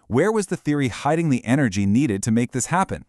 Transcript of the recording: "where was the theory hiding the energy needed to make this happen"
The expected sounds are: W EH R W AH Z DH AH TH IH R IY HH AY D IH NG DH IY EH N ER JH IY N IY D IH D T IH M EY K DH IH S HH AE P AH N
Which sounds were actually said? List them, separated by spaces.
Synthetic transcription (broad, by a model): W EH R W AH Z DH AH TH IH R IY HH AY D IH NG DH IY EH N ER JH IY N IY D IH D T IH M EY K DH IH S HH AE P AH N